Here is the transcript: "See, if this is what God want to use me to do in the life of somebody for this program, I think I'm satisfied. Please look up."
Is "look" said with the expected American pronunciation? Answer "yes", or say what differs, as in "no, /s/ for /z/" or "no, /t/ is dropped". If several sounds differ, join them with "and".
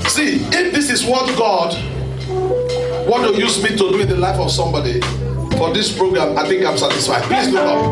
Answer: no, /k/ is dropped